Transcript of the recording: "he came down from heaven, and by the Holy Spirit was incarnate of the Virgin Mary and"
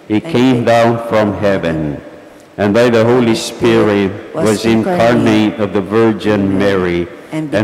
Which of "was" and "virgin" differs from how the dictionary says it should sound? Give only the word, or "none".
none